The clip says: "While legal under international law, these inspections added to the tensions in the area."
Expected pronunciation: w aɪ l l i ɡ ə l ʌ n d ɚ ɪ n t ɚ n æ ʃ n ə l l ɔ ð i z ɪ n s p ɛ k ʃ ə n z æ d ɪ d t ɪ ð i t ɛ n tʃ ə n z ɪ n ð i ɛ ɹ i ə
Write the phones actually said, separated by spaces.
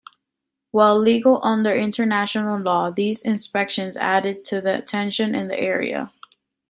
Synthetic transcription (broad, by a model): w aɪ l l i ɡ l ʌ n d ɚ ɪ n t ɚ n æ ʃ n l l ɔ ð i z ɪ n s p ɛ k ʃ ə n z æ d ɪ d t ɪ ð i t ɛ n ʃ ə n ɪ n ð i ɛ ɹ i ə